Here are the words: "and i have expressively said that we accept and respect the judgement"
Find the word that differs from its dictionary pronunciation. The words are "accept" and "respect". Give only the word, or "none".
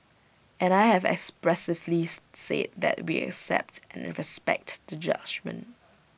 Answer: none